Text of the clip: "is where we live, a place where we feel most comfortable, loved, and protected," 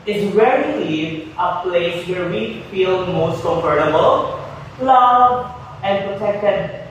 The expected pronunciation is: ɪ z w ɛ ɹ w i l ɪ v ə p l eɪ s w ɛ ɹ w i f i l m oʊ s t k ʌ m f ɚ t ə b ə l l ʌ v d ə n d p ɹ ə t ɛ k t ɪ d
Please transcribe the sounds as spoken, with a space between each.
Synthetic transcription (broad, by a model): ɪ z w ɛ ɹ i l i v ə p l eɪ s w ɛ ɹ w i f i l m oʊ s t k ʌ m f ɚ t ə b ə l l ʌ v ə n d p ɹ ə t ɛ k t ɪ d